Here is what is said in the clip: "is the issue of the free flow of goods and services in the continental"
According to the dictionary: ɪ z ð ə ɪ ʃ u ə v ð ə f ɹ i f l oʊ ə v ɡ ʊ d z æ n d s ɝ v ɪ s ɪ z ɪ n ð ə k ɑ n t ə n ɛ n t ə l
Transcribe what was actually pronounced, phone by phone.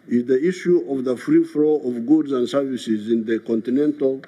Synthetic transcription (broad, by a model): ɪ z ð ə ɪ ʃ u ə v ð ə f ɹ i f l oʊ ə v ɡ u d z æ n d s ɝ v ɪ s ɪ z ɪ n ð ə k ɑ n t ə n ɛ n t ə l